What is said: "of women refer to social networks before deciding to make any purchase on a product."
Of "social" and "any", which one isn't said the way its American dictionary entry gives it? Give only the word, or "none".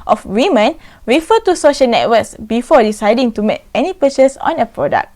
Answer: none